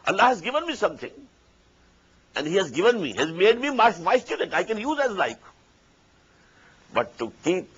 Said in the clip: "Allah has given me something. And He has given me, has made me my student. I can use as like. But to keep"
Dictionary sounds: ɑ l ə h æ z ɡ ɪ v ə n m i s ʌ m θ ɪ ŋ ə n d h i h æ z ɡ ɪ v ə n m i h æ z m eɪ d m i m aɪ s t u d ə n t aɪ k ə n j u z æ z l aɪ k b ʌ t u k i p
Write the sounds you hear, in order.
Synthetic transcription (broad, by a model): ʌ l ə h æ z ɡ ɪ v ə n m i s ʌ m t ɪ ŋ ə n d h i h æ z ɡ ɪ v ə n m i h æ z m eɪ d m i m aɪ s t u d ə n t aɪ k ə n j u z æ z l aɪ k b ʌ t u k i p